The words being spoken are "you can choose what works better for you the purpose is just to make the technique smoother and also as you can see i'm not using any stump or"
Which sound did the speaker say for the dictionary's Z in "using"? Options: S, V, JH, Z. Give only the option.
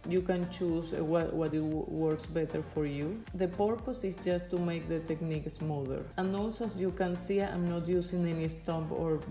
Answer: S